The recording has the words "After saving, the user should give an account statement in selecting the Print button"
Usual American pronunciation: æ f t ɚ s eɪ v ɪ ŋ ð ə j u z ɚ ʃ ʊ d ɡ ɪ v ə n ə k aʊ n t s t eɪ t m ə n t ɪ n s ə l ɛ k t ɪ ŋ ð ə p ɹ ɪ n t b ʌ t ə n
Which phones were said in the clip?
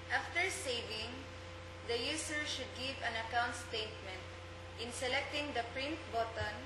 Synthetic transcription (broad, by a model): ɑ f t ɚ s eɪ v ɪ ŋ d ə j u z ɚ ʃ ʊ d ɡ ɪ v ə n ə k aʊ n t s t eɪ t m ə n t ɪ n s ə l ɛ k t ɪ ŋ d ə p ɹ ɪ n t b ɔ t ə n